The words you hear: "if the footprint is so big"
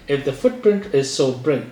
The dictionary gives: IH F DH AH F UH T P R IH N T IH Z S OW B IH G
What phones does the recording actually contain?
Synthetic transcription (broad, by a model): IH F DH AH F UH T P R IH N T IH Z S OW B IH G